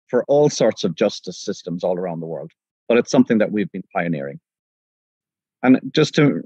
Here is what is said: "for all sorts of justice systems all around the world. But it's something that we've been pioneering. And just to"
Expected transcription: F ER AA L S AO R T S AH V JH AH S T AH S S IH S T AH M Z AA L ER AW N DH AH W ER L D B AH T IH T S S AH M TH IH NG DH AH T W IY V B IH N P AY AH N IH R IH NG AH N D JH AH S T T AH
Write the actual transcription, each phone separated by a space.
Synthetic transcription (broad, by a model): F ER AA L S AO R T S AH V JH AH S T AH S S IH S T AH M Z AA L ER AW N DH AH W ER L D B AH T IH T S S AH M TH IH NG DH AH T W IY V B IH N P AY AH N IH R IH NG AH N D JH AH S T T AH